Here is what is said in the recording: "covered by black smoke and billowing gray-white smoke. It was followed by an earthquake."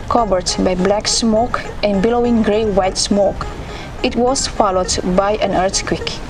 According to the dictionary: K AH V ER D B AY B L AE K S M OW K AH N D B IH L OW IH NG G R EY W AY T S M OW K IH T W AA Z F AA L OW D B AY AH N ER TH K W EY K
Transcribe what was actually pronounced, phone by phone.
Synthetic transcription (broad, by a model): K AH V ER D B AY B L AE K S M OW K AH N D B IH L OW IH NG G R EY W AY T S M OW K IH T W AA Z F AA L OW D B AY AH N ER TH K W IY K